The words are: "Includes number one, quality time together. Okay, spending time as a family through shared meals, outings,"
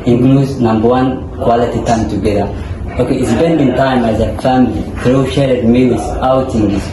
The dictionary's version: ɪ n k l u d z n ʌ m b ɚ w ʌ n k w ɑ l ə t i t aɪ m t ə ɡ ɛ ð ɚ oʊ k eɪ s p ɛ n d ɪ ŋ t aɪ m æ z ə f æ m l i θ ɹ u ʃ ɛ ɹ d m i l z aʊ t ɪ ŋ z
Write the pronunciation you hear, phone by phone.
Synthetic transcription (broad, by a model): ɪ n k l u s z n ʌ m b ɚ w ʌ n k w ɑ l ə t i t aɪ m t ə ɡ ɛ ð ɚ oʊ k eɪ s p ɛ n d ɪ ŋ t aɪ m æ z ə f æ m l i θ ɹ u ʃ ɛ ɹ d m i w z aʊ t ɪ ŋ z